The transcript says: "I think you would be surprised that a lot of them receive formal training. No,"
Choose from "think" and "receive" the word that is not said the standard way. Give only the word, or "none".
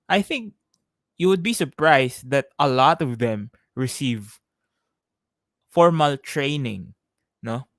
none